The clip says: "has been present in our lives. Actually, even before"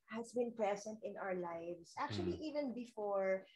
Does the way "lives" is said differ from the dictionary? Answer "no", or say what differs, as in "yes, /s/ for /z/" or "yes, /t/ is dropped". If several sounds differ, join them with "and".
yes, /s/ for /z/